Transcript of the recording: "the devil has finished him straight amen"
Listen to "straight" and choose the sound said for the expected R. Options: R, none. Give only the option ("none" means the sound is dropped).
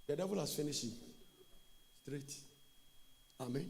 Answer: R